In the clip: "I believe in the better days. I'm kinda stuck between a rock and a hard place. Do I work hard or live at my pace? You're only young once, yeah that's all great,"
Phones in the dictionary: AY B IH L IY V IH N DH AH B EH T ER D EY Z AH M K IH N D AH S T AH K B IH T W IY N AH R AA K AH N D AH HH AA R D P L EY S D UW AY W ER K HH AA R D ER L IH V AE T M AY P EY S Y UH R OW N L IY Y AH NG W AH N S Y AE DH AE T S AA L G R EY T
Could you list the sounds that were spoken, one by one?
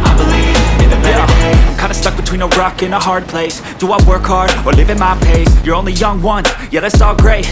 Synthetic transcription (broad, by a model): AY B IH L IY V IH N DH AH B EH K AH IH N D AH S T AH K B IH T W IY N AH R AA K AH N AH HH AA R D P L EY S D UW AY W ER K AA R ER L IH V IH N M AY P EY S Y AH R OW N L IY Y AH NG W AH N Y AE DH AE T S AA L G R EY T